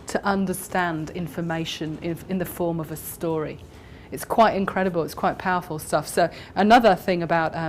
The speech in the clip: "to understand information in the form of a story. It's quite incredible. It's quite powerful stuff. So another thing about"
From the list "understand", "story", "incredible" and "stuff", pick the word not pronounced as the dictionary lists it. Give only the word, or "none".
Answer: none